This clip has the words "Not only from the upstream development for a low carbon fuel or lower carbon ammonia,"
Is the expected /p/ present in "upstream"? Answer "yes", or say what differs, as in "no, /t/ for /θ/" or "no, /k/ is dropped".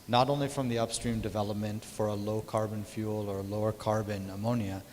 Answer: yes